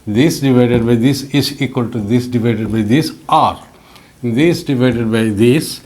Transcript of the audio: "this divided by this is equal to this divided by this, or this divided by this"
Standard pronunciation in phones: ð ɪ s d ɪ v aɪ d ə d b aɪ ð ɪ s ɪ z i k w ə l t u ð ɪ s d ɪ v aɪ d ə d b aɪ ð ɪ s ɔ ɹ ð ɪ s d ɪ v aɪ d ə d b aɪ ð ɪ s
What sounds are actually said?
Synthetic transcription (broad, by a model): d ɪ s d ɪ v aɪ d ə d b aɪ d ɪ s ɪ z i k w ə l t u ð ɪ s d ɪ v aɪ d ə d b aɪ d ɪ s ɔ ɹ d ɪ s d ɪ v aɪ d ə d b aɪ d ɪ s